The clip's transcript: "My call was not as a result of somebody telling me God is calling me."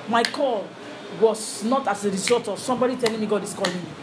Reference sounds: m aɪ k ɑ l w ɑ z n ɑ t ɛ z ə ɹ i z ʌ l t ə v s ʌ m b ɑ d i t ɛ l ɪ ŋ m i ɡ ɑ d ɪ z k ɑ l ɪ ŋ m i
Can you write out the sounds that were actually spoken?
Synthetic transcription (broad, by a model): m aɪ k ɑ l w ɑ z n ɑ t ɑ s ə ɹ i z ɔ t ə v s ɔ m b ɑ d i t ɛ l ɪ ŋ m i ɡ ɑ d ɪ s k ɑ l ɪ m